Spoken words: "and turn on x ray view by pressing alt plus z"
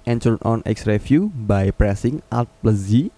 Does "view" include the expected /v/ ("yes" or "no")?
no